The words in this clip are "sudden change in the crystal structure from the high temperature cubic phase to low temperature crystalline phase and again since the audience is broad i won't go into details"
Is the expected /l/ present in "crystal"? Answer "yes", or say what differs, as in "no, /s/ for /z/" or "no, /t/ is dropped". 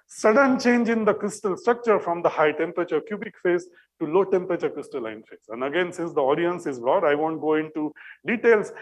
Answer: yes